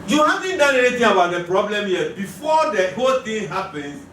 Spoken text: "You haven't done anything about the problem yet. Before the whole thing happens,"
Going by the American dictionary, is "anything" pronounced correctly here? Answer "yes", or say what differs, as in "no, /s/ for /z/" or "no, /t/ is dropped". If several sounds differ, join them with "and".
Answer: no, /t/ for /θ/